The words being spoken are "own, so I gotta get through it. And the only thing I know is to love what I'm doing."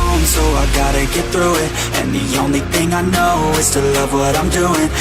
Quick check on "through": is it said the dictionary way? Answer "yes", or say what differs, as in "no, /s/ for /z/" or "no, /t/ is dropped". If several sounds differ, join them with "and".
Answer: yes